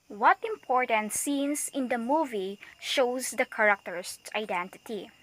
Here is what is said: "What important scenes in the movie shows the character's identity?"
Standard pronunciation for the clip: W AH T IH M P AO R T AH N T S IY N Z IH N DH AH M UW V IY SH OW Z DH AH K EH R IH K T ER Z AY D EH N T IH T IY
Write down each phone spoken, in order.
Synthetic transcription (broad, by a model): W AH T IH M P AO R T AH N T S IY N S IH N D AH M UW V IY SH OW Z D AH K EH R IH K T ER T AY D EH N T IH T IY